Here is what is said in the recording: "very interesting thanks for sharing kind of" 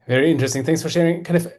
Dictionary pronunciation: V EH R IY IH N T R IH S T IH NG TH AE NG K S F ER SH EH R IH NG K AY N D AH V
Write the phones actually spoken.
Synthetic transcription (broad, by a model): V EH R IY IH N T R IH S T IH NG TH AE NG K S F ER SH EH R IH NG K AY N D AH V